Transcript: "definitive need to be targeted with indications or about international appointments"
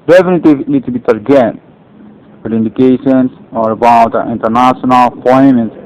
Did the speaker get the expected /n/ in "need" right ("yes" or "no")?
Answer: no